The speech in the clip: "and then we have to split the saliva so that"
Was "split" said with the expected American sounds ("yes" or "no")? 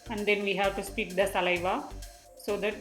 no